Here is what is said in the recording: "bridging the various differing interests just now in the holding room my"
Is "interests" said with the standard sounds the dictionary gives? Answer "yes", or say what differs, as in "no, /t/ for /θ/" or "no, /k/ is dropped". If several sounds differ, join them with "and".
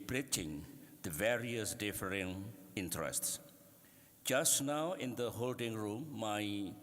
yes